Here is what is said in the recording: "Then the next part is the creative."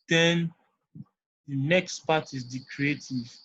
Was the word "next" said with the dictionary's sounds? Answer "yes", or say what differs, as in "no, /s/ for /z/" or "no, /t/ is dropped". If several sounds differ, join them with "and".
yes